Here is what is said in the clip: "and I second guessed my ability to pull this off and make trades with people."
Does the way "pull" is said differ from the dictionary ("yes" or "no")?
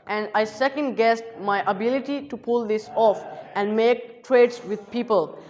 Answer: no